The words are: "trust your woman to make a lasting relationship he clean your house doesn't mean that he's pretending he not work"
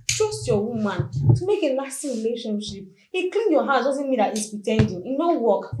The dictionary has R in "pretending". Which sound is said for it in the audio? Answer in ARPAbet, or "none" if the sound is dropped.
none